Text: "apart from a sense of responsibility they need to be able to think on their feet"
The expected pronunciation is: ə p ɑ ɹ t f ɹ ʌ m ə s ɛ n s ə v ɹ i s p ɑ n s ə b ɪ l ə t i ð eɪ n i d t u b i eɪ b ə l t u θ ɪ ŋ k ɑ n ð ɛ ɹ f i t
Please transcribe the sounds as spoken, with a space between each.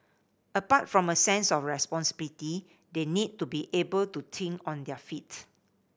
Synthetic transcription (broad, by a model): ə p ɑ t f ɹ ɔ m ə s ɛ n s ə f ɹ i s p ɑ n s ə b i l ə t i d eɪ n i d t u b i eɪ b ə l t u t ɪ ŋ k ɑ n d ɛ f i t